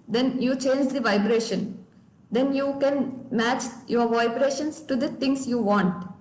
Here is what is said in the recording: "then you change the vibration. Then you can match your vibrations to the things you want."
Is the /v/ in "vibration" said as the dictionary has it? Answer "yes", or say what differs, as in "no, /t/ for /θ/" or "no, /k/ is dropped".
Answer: yes